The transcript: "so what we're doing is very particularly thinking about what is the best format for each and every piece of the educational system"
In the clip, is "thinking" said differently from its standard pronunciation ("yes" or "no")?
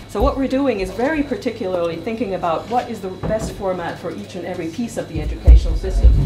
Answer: no